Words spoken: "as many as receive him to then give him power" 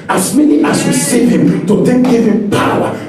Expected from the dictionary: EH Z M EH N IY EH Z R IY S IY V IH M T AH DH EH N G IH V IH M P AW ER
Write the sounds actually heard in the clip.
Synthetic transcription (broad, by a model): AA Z M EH N IY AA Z W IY S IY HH IH M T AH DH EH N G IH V IH M P AW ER